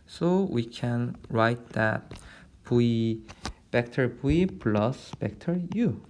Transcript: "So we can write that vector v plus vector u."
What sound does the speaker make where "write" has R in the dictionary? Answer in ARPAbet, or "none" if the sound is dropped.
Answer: R